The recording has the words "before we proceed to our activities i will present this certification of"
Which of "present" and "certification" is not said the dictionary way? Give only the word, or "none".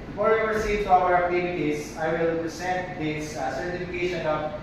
present